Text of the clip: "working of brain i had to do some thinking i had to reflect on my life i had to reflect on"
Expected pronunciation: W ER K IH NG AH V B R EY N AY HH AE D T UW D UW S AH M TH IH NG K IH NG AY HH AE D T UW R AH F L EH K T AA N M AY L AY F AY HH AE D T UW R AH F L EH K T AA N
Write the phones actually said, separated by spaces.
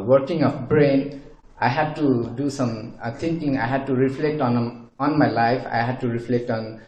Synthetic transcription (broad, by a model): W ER K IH NG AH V B R EY N AY HH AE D T UW D UW S AH M T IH NG K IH NG AY HH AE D T UW R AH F L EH K T AA N M AY L AY F AY HH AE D T UW R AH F L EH K T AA N